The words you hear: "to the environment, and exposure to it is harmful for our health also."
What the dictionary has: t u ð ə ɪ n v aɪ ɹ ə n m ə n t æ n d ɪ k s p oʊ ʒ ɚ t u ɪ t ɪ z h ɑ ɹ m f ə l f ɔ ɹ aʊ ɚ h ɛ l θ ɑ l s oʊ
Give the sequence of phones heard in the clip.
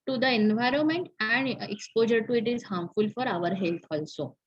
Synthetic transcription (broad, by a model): t u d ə ɪ n v aɪ ɹ ə n m ə n t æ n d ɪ k s p oʊ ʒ ɚ t u ɪ t ɪ z h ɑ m f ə l f ɔ ɹ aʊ ɚ h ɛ l t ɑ l s oʊ